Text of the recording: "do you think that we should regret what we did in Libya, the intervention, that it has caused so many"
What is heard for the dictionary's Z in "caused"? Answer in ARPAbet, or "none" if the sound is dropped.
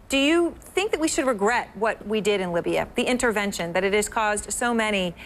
Z